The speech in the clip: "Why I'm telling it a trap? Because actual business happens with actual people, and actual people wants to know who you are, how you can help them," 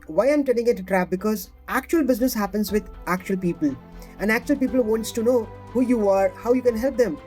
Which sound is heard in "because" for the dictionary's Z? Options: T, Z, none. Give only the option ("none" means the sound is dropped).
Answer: Z